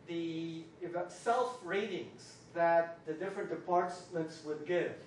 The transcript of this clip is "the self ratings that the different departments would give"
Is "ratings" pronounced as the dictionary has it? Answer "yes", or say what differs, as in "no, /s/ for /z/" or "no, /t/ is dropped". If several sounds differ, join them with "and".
yes